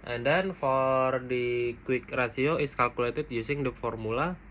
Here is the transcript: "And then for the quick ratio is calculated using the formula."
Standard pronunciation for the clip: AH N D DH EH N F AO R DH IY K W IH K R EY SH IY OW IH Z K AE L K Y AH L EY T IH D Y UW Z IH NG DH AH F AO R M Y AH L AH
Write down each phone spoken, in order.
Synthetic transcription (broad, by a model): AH N D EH N F AO R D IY K W IH K R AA S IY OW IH S K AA L K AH L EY T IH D Y UW S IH NG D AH F AO R M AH L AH